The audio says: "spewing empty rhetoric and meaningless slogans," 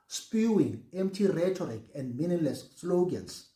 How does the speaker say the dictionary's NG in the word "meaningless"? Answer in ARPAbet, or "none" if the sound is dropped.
none